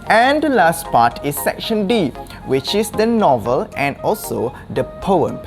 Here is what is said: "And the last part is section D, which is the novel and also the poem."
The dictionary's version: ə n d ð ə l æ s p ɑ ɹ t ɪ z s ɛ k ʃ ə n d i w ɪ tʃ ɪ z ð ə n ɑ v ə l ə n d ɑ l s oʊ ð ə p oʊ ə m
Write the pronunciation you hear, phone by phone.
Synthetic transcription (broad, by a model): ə n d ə l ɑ s p ɑ t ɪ s ɛ k ʃ ə n d i w ɪ tʃ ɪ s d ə n ɑ v ə l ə n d ɑ l s oʊ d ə p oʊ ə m